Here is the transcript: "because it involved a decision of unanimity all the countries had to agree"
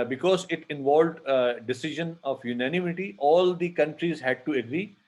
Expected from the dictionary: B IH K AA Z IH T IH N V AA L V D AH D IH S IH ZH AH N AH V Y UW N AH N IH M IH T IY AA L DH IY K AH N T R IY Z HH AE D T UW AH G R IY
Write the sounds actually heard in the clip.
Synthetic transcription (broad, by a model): B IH K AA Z IH T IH N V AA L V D AH D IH S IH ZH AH N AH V Y UW N AH N IH M IH T IY AA L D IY K AH N T R IY Z HH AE D T UW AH G R IY